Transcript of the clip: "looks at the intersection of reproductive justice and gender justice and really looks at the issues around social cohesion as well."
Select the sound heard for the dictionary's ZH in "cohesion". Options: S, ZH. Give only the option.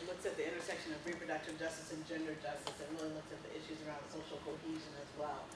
ZH